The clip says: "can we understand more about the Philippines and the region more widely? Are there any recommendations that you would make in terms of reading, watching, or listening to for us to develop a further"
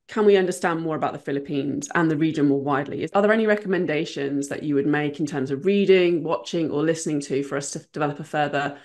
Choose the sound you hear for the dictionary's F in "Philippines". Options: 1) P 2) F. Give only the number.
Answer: 2